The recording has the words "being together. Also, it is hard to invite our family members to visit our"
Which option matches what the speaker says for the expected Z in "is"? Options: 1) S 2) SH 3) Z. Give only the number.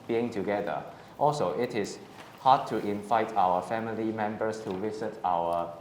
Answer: 1